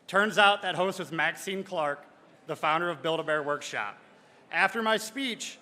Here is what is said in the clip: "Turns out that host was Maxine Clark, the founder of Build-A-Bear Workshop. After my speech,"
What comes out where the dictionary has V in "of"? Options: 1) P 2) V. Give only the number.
2